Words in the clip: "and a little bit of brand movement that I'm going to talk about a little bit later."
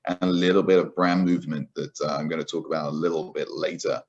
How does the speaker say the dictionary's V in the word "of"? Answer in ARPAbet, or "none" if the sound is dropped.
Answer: V